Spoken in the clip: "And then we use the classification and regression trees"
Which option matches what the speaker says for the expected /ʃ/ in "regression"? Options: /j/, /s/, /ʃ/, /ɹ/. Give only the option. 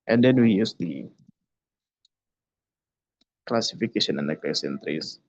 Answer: /s/